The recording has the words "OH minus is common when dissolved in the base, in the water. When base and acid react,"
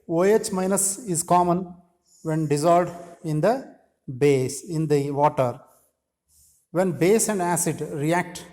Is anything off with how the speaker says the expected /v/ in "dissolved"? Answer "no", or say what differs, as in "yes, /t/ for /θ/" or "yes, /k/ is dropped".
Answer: yes, /v/ is dropped